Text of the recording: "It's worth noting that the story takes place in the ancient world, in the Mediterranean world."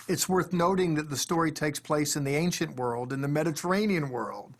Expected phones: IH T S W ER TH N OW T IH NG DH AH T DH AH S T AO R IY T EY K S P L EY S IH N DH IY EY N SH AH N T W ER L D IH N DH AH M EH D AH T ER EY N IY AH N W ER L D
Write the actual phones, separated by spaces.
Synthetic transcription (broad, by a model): IH T S W ER TH N OW T IH NG DH AH T DH AH S T AO R IY T EY K S P L EY S IH N DH IY EY N SH AH N T W ER L D IH N DH AH M EH D AH T ER EY N IY AH N W ER L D